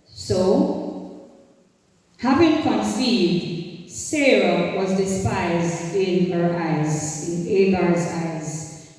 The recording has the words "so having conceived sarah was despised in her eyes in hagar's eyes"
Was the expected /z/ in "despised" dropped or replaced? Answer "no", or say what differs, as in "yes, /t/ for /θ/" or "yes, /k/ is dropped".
no